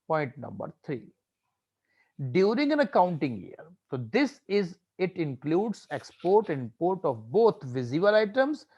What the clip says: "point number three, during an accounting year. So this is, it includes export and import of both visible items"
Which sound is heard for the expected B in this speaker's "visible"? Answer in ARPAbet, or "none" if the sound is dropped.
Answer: none